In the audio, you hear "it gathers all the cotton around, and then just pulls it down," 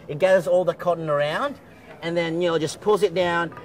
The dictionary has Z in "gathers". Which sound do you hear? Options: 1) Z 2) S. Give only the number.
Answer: 1